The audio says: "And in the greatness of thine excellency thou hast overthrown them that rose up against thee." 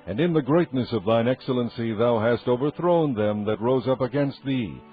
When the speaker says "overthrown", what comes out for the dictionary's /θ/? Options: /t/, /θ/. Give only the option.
/θ/